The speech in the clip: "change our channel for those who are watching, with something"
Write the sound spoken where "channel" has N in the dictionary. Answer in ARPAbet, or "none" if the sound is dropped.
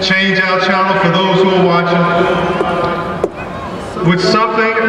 none